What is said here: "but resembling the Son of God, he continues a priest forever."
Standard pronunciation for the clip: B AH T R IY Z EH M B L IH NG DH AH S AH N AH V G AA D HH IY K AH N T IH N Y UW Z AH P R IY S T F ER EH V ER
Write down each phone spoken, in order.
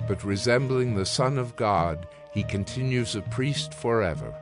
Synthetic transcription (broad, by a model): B AH T R IY Z EH M B L IH NG DH AH S AH N AH V G AA D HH IY K AH N T IH N Y UW Z AH P R IY S T F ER EH V ER